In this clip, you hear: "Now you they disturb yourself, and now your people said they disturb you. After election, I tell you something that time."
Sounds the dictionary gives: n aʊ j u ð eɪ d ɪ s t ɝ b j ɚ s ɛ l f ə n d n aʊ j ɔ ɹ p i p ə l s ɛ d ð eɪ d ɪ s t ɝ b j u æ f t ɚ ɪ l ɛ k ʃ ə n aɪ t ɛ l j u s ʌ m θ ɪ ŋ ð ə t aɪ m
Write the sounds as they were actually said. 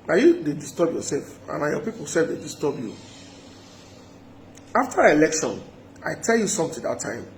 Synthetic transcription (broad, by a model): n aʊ j u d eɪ d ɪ s t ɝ b j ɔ s ɛ l f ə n n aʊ j ɔ p i p ə l s ɛ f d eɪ d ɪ s t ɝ b j u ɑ f t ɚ ɪ l ɛ k ʃ ə n aɪ t ɛ l j u s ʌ m t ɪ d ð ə t aɪ m